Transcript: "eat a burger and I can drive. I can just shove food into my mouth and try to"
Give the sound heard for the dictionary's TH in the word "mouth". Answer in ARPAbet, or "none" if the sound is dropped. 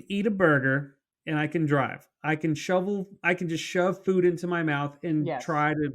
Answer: TH